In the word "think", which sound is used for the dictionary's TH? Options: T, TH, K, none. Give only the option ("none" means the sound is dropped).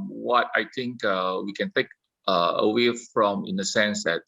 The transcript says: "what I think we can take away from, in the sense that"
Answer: T